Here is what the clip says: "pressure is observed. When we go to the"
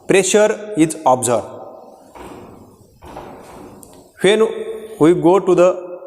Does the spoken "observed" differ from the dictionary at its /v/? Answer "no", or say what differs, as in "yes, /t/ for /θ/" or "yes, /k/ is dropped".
yes, /v/ is dropped